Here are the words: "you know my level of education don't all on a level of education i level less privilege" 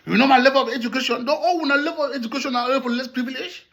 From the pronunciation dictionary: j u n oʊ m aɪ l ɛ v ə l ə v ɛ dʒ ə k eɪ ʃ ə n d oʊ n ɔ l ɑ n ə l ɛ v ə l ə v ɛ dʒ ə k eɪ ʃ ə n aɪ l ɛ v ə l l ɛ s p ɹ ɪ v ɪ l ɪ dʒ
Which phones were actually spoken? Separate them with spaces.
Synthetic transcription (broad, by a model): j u n oʊ m aɪ l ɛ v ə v ɛ dʒ ə k eɪ ʃ ə n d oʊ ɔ w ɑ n ə l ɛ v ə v ɛ dʒ ə k eɪ ʃ ə n aɪ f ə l l ɛ s p ɹ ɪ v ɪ l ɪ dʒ